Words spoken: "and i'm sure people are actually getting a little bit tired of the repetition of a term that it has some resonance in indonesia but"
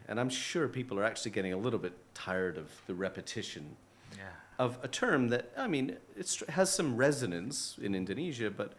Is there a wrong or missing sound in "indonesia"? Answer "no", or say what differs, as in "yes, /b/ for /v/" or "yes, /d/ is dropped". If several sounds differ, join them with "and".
no